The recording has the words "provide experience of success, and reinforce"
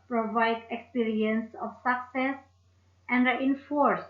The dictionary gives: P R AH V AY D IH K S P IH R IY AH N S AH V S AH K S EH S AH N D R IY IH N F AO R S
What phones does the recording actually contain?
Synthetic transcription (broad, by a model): P R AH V AY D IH K S P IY R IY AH N S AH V S AH K S EH S AH N D R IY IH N F AO R S